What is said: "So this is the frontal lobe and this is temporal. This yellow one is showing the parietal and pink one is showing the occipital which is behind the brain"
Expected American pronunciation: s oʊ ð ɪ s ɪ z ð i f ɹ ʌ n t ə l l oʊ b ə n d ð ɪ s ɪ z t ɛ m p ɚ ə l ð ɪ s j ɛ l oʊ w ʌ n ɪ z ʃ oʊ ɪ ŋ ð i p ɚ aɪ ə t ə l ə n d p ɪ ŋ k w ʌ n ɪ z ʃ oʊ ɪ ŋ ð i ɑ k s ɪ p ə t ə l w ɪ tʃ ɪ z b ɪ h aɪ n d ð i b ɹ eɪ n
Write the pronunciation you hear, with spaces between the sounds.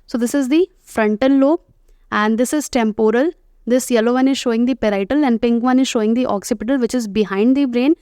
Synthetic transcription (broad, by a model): s oʊ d ɪ s ɪ z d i f ɹ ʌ n t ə n l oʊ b ə n d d ɪ s ɪ z t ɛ m p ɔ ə l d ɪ s j ɛ l oʊ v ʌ n ɪ z ʃ oʊ ɪ ŋ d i p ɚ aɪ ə t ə l ə n d p ɪ ŋ k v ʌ n ɪ z ʃ oʊ ɪ ŋ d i ɑ k s ɪ p ə t ə l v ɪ tʃ ɪ z b ɪ h aɪ n d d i b ɹ eɪ n